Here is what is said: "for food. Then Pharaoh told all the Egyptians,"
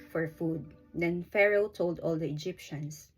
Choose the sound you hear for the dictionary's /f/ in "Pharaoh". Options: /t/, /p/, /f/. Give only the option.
/f/